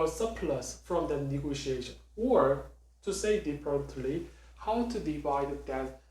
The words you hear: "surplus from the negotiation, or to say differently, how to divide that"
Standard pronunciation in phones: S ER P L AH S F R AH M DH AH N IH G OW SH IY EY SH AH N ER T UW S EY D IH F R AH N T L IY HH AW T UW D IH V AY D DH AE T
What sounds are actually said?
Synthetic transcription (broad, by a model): S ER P L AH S F R AH M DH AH N IH G OW SH IY EY SH AH N ER T UW S EY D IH P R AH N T L IY HH AW T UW D IH V AY D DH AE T